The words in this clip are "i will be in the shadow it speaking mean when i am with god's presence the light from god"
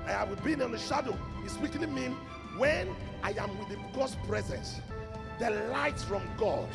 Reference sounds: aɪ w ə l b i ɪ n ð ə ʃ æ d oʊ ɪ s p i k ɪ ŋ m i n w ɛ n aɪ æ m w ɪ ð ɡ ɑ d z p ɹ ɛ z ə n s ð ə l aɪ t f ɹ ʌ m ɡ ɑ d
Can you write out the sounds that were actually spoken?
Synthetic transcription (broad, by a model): aɪ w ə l b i ɪ n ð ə ʃ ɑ d oʊ ɪ s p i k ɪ m i n w ɛ n aɪ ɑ m w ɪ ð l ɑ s p ɹ ɛ z ə n s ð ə l aɪ t f ɹ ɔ m ɡ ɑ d